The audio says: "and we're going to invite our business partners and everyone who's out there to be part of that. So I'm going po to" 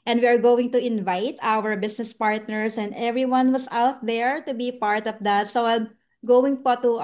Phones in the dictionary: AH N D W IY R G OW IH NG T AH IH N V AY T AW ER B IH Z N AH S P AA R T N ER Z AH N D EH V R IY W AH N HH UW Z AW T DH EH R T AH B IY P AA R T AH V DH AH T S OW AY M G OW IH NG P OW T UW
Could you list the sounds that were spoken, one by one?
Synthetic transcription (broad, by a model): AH N D W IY R G OW IH NG T AH IH N V AY T AW ER B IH S N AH S P AA R T N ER S AH N D EH V R IY W AH N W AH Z AW T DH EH R T AH B IY P AA R T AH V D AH T S OW AY M G OW IH NG P OW T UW